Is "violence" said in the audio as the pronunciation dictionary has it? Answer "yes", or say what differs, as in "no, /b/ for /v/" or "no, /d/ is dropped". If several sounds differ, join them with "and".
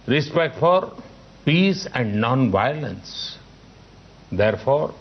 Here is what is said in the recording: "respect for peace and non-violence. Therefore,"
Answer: yes